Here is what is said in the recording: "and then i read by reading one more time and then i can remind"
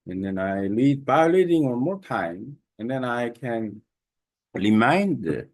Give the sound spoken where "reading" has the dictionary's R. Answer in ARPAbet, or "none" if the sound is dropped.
L